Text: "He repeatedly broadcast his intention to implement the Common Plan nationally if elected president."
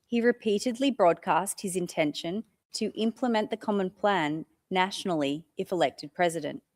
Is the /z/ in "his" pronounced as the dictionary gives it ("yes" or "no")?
yes